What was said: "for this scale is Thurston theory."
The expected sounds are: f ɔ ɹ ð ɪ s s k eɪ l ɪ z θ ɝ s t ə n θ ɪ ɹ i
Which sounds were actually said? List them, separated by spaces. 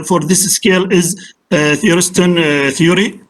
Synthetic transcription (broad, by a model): f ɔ ɹ ð ɪ s s k eɪ l ɪ z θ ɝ s t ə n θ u ɹ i